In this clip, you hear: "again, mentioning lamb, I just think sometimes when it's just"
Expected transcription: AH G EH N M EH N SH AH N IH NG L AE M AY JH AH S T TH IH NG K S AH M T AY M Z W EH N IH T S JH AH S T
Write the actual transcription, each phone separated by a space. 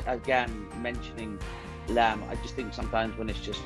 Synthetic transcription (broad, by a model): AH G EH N M EH N SH AH N IH NG L AE M AY JH AH S T TH IH NG K S AH M T AY M Z W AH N IH T S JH AH S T